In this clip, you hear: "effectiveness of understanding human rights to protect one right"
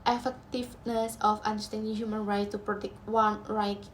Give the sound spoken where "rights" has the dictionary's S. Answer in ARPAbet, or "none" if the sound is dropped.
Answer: none